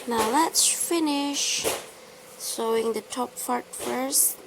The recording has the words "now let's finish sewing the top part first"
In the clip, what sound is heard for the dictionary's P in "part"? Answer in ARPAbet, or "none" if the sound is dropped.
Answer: F